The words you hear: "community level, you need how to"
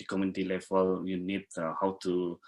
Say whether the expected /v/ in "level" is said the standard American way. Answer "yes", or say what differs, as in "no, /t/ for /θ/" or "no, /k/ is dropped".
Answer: no, /f/ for /v/